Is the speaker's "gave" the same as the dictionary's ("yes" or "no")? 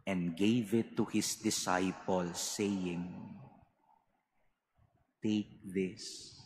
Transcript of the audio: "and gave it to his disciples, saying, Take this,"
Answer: yes